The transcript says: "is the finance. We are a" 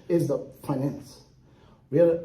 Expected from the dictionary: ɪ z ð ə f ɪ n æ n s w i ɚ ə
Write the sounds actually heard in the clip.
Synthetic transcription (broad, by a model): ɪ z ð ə p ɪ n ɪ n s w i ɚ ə